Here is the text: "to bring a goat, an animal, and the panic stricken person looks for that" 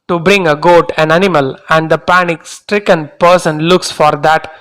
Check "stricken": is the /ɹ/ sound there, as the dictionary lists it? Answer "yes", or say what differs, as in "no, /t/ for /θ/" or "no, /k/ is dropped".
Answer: yes